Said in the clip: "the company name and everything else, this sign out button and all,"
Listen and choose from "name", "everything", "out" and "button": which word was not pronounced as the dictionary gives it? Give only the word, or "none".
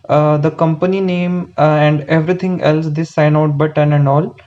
everything